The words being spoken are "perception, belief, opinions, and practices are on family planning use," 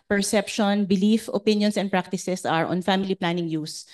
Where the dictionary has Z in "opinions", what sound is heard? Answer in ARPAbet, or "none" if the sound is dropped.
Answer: S